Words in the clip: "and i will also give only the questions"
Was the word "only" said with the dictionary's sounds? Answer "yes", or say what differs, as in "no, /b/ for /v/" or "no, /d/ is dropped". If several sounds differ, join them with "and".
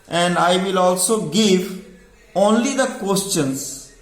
yes